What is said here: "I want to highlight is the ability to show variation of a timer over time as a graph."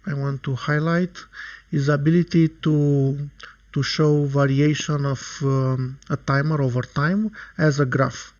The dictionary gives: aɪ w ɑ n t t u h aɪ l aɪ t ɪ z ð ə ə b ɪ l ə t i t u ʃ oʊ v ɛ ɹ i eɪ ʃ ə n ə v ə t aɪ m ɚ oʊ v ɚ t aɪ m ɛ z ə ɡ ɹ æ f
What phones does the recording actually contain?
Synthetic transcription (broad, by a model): aɪ w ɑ n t t u h aɪ l aɪ t ɪ z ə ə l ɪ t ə t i t u ʃ oʊ v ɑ ɹ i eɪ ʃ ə n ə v ə t aɪ m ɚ oʊ v ɚ t aɪ m ɛ z ə ɡ ɹ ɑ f